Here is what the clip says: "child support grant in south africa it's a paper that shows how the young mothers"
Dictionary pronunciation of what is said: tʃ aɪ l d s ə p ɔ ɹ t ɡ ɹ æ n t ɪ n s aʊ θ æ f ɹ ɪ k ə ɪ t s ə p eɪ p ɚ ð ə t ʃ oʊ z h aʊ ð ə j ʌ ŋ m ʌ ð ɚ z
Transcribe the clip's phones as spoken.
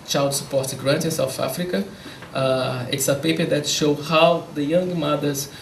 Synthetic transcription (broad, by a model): tʃ aɪ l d s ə p ɔ ɹ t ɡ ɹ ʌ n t ɪ n s aʊ θ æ f ɹ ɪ k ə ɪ t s ə p eɪ p ɚ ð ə t ʃ oʊ h aʊ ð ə j ʌ ŋ m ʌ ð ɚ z